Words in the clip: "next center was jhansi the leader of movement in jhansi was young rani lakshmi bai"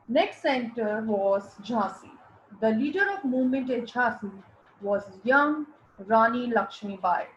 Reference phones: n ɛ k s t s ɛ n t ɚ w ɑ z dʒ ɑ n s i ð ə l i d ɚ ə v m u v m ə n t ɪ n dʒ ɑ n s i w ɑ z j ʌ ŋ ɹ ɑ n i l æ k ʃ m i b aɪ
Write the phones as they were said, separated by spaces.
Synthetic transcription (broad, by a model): n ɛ k s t s ɛ n t ɚ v ɑ z dʒ ɑ s i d ə l i d ɚ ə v m u v m ə n t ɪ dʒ ɑ s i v ɑ z j ʌ ŋ ɹ ɑ n i l æ k ʃ m i b aɪ